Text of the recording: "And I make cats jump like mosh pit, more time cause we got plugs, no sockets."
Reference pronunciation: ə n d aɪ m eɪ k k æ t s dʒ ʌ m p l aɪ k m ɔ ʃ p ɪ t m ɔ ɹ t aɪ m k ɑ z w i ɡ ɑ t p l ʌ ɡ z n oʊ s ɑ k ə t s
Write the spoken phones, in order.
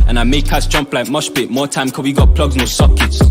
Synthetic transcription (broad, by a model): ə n aɪ m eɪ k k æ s dʒ ʌ m p l aɪ k m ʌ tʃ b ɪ t m ɔ t aɪ m k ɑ w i ɡ ɑ t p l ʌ ɡ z n oʊ s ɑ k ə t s